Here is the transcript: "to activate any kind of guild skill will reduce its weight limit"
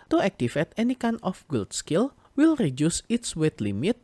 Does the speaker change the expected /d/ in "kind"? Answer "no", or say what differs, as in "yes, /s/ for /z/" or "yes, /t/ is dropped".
yes, /d/ is dropped